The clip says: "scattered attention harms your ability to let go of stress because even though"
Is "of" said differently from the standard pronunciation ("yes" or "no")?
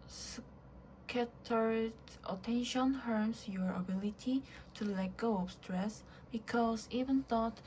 yes